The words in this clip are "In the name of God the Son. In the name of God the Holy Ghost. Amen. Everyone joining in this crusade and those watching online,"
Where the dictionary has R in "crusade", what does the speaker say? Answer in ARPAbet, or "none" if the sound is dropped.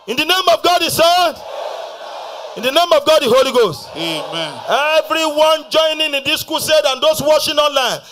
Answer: none